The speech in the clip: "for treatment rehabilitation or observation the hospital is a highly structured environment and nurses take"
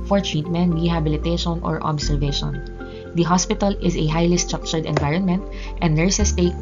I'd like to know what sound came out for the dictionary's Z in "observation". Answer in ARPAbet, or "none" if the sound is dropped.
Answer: S